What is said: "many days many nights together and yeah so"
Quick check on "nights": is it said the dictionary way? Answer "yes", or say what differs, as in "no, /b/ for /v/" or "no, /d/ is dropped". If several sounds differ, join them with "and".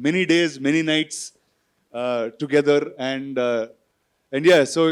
yes